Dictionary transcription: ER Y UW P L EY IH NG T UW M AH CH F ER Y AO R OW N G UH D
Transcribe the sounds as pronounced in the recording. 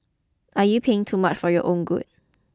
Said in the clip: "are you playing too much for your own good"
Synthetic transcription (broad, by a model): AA Y UW P EY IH NG T UW M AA CH F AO Y AO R OW N G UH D